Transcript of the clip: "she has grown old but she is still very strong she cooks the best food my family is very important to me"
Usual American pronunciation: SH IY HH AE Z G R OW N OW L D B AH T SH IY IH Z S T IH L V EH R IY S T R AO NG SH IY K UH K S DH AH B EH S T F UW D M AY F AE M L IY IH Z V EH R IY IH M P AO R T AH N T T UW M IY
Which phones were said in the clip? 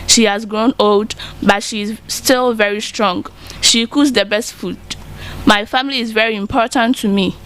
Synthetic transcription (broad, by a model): SH IY HH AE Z G R OW N OW L D B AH T SH IY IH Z S T IH L V EH R IY S T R AO NG SH IY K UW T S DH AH B EH S T F UW D M AY F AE M L IY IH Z V EH R IY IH M P AO R T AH N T T UW M IY